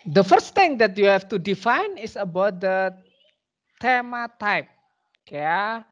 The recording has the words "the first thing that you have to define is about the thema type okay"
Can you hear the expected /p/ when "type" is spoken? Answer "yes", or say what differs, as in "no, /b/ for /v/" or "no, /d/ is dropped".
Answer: yes